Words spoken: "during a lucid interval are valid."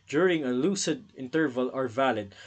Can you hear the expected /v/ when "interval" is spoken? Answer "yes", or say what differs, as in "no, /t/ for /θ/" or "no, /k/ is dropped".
yes